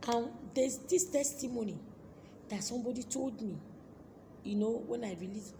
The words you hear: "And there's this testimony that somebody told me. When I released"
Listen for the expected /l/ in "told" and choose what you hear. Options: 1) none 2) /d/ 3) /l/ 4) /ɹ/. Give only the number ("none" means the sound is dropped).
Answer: 3